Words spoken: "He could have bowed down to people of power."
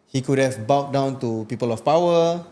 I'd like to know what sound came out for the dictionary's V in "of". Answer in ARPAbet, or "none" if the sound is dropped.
F